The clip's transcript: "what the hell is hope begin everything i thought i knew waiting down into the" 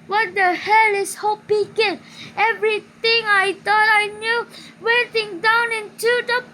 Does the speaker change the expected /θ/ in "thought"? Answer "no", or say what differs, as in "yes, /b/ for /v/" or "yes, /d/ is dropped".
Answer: yes, /t/ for /θ/